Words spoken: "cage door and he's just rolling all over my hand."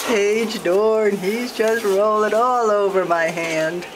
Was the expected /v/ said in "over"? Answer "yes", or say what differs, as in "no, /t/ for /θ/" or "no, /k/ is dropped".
yes